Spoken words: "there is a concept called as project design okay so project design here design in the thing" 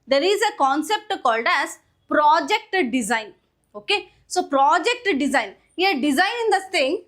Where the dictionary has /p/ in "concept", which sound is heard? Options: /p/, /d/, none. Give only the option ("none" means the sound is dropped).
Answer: /p/